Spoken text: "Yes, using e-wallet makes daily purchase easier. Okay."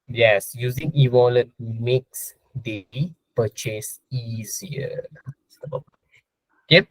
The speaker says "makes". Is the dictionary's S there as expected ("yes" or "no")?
yes